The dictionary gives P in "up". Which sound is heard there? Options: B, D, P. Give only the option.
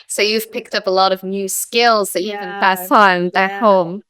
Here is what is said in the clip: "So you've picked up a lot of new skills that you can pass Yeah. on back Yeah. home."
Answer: P